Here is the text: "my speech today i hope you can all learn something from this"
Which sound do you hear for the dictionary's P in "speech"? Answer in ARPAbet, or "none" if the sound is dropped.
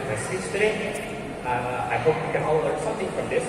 none